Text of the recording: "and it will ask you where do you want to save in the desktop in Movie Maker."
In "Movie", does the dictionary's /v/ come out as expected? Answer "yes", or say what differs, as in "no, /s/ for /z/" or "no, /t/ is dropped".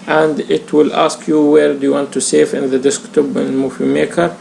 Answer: no, /f/ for /v/